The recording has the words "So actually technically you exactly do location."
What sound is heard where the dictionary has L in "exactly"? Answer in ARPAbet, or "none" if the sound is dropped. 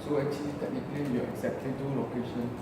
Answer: none